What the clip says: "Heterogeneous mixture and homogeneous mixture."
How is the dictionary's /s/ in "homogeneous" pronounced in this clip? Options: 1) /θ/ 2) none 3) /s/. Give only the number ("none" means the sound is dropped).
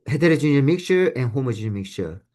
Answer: 2